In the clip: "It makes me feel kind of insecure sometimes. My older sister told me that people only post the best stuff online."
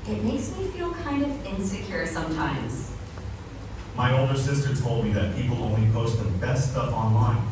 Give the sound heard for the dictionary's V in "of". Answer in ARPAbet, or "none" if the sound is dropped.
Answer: V